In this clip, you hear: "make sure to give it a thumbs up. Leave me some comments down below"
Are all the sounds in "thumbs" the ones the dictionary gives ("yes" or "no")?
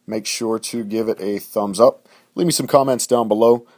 yes